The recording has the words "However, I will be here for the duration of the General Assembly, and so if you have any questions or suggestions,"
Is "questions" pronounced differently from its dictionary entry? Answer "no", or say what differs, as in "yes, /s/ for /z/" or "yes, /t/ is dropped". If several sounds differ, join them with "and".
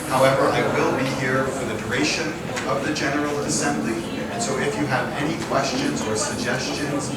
no